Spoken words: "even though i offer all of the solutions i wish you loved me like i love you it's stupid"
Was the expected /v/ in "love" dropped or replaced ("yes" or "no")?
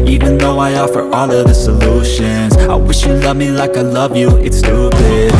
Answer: no